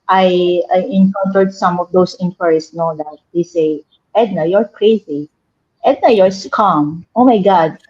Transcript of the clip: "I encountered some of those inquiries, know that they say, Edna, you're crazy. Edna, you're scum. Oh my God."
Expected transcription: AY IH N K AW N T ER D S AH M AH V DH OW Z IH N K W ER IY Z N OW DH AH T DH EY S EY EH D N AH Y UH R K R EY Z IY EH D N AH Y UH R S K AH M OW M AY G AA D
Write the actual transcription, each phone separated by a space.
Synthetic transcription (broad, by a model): AY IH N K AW N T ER D S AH M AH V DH OW S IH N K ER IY S N OW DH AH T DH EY S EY EH D N AH Y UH R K R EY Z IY EH D N AH Y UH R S K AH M OW M AY G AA D